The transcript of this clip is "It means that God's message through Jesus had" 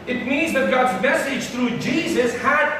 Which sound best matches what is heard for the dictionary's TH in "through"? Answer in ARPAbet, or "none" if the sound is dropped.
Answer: T